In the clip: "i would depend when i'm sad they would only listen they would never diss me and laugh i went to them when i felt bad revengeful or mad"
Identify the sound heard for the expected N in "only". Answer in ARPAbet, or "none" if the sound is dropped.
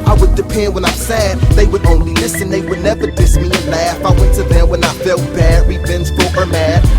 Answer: N